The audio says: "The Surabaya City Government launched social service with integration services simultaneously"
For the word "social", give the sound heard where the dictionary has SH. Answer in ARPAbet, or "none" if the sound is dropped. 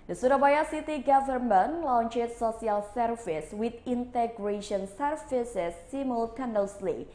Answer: S